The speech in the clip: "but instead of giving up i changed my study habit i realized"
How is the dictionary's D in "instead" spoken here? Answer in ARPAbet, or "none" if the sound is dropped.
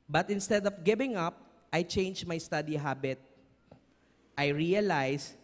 D